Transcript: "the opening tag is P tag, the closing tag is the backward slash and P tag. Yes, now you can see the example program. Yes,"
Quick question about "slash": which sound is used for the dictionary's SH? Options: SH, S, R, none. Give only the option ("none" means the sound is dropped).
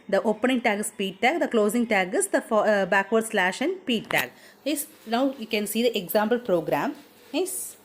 SH